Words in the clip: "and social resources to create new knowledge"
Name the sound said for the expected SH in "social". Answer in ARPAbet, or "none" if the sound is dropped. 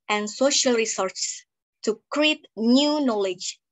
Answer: SH